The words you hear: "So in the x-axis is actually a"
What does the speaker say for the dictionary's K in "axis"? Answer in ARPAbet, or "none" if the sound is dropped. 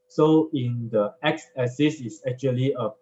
none